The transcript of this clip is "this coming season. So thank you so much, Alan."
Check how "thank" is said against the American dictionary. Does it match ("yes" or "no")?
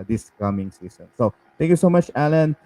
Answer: no